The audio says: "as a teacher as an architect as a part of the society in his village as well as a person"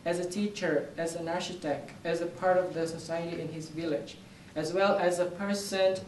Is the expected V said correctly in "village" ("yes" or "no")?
yes